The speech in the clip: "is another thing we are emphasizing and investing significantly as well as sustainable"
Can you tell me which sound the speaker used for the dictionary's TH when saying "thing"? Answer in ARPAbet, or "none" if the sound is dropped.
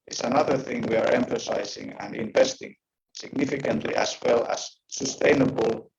TH